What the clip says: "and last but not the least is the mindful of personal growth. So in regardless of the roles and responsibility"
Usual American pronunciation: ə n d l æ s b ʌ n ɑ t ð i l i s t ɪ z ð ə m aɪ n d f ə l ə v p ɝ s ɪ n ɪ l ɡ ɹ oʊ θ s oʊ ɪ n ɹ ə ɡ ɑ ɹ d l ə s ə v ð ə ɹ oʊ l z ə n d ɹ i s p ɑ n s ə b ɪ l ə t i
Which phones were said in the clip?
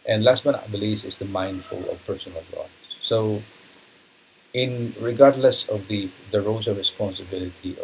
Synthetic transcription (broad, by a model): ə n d l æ s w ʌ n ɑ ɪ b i l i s ɪ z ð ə m aɪ n d f ə l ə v p ɝ s ɪ n ɪ l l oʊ s oʊ ɪ n ɹ ə ɡ ɑ ɹ d l ə s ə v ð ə ɹ oʊ z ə ɹ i s p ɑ n s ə b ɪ l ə t i